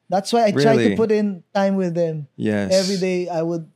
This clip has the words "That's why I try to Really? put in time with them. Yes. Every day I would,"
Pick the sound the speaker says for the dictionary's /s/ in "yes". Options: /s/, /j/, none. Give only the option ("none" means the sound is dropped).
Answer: none